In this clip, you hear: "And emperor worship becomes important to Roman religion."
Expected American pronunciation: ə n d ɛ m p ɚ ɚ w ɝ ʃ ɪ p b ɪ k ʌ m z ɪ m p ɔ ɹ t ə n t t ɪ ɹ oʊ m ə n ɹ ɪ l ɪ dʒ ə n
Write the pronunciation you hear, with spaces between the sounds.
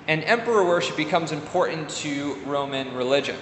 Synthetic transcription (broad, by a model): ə n ɛ m p ɚ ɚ w ɝ ʃ ɪ p b ɪ k ʌ m z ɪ m p ɔ ɹ t n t t ɪ ɹ oʊ m ə n ɹ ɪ l ɪ dʒ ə n